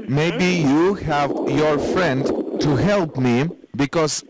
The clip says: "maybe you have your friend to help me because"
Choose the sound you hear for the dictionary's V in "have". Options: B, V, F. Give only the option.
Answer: V